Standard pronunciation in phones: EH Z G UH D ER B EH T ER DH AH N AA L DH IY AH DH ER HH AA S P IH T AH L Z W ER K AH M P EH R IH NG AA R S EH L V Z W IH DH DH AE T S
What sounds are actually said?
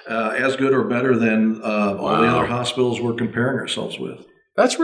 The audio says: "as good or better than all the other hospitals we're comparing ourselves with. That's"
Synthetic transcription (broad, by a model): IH Z G UH D ER B EH T ER DH AH N AA L DH IY AH DH ER HH AA S P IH T L Z W ER K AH M P EH R IH NG AA R S EH L V Z W IH DH DH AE T S